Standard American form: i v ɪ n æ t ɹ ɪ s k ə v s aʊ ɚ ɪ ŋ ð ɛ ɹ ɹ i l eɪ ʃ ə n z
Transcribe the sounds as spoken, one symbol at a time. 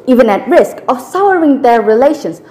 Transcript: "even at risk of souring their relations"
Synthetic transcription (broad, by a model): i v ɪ n æ t ɹ ɪ s k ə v s aʊ ɚ ɪ ŋ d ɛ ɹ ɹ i l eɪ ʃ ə n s